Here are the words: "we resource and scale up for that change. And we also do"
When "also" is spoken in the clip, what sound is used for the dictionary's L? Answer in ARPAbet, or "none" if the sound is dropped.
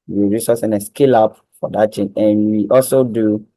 L